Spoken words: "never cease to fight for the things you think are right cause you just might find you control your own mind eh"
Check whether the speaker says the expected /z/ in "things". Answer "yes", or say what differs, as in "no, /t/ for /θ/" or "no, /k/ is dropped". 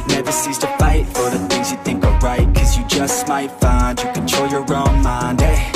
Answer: yes